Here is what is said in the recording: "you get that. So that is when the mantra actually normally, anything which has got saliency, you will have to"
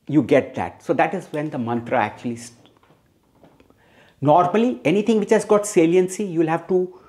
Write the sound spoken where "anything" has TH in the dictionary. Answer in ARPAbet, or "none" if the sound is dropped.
T